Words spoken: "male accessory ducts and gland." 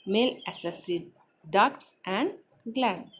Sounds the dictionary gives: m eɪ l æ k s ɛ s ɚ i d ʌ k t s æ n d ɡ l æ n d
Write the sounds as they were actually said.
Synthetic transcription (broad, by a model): m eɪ l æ s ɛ s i d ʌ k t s æ n d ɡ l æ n